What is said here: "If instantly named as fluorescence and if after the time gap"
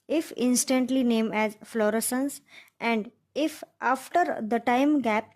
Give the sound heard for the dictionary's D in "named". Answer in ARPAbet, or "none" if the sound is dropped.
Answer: none